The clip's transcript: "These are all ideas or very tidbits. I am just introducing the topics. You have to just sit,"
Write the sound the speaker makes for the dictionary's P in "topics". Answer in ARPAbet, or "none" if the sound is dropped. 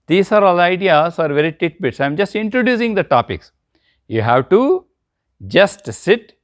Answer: P